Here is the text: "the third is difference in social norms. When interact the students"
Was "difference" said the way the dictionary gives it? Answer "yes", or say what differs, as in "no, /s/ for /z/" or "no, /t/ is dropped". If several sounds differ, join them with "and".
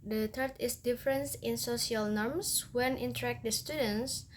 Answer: yes